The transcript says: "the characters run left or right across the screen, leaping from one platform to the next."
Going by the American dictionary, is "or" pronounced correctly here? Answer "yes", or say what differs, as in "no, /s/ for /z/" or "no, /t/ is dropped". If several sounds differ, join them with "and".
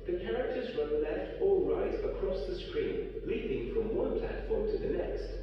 no, /l/ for /ɹ/